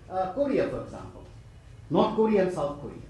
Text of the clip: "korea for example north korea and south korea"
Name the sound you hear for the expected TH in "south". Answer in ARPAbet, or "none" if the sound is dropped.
T